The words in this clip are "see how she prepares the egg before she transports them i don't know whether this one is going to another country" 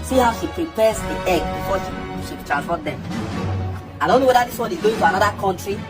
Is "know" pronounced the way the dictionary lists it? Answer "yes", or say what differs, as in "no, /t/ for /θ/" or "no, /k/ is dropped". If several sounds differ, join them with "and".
yes